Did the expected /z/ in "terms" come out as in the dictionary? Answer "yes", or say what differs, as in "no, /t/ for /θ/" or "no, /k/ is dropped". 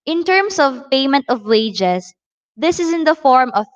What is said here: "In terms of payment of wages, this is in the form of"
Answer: no, /s/ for /z/